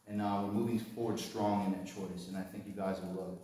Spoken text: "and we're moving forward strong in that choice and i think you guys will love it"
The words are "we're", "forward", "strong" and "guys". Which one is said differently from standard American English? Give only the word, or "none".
none